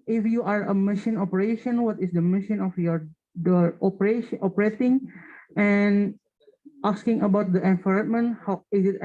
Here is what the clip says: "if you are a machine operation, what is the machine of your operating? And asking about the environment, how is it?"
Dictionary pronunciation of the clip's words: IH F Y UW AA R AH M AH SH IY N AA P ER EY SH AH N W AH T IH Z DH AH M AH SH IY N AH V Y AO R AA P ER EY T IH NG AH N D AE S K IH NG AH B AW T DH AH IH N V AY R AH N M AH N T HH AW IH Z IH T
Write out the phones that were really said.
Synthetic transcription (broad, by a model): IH F Y UW AA R AH M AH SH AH N AA P ER EY SH AH N W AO T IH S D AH M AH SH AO N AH F Y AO R AA P ER EY T IH NG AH N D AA S K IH NG AH B AW T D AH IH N F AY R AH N M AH N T HH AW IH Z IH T